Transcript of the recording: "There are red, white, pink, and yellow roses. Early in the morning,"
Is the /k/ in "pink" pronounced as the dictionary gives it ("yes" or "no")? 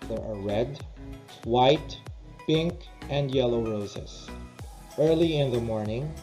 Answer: yes